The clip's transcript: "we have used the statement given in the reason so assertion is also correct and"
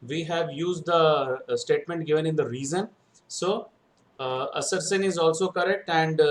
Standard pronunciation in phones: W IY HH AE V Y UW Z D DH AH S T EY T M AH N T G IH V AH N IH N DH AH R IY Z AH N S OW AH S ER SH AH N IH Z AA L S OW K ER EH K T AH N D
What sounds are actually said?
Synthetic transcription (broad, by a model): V IY HH AE V Y UW Z D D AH S T EY T M AH N T G IH V AH N IH N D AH R IY Z AH N S OW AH S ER S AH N IH Z AA L S OW K ER EH K T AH N D